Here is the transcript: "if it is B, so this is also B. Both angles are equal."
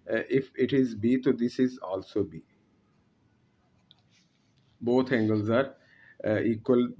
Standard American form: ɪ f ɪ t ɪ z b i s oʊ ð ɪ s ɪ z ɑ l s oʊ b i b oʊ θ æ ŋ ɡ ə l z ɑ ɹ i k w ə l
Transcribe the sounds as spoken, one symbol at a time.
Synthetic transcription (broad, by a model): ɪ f ɪ t ɪ z b i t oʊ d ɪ s ɪ z ɑ l s oʊ b i b oʊ t æ ŋ ɡ ə l z ɑ ɹ i k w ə l